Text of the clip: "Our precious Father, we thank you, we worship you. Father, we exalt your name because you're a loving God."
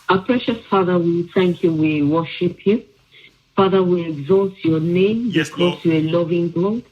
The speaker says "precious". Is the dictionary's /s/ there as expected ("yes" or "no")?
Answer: yes